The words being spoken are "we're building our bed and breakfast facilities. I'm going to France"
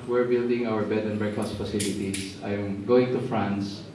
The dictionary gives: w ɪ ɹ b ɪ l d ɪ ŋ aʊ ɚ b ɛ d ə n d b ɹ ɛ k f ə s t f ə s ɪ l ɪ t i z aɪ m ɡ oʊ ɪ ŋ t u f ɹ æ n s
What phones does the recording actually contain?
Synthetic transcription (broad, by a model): w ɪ ɹ b ɪ l d ɪ ŋ aʊ ɚ b ɛ d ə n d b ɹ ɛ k ə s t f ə s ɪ l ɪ t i s aɪ m ɡ oʊ ɪ ŋ t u f ɹ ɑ n s